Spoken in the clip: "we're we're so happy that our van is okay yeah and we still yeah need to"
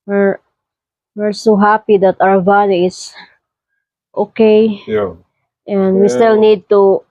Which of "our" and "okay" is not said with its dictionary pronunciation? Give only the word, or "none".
our